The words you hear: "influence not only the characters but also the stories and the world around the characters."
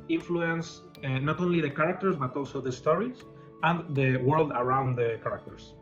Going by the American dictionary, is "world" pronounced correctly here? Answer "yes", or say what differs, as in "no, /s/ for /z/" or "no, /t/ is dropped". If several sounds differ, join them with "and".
yes